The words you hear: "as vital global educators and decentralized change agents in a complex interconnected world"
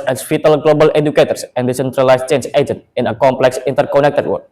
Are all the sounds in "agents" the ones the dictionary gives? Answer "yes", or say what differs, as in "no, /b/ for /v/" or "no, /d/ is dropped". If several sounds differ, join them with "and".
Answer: no, /s/ is dropped